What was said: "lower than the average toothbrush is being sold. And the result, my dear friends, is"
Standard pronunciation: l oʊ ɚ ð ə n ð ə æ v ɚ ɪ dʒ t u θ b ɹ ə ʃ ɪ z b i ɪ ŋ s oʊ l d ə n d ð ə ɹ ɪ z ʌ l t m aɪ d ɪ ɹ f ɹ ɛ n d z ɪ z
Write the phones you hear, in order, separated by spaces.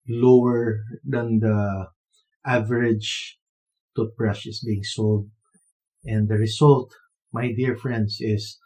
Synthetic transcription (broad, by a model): l oʊ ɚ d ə n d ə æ v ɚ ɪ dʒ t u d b ɹ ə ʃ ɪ s b i ɪ ŋ s oʊ l d ə n d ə ɹ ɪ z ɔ l t m aɪ d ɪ ɹ f ɹ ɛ n d s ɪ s